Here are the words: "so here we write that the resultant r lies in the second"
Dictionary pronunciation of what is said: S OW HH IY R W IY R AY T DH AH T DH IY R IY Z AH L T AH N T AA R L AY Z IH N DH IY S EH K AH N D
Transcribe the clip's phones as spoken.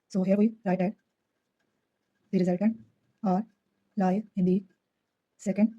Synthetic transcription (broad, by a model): S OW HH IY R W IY R AY T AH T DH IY R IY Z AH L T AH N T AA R L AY IH N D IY S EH K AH N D